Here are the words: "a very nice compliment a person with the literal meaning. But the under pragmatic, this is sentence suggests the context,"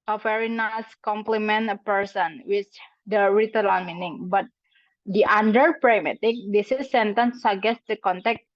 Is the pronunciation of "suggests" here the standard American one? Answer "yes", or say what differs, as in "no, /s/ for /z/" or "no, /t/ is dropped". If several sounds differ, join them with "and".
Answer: no, /dʒ/ is dropped